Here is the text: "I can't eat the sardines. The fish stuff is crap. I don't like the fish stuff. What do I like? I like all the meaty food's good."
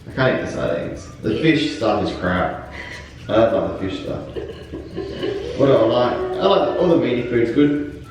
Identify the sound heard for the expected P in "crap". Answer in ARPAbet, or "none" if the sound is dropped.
none